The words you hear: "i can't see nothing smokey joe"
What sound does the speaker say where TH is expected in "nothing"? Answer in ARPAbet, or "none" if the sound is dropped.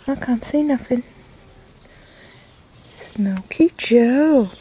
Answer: F